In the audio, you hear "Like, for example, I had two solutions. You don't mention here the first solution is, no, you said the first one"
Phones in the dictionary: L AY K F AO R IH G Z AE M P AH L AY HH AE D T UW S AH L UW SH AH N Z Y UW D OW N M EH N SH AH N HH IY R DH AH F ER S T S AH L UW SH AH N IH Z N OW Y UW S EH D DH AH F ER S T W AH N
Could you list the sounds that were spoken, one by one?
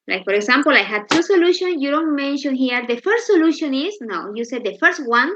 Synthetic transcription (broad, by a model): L AY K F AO R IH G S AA M P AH L AY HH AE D T UW S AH L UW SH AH N S Y UW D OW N M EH N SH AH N HH IY R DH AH F ER S T S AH L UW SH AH N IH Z N OW Y UW S EH D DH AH F ER S T W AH N